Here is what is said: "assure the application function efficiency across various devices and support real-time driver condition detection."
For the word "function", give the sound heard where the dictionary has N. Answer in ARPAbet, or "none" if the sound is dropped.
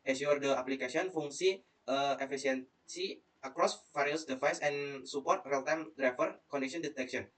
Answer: none